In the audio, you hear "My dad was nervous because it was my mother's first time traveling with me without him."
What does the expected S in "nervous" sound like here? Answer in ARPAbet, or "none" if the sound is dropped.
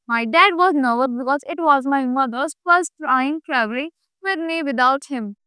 none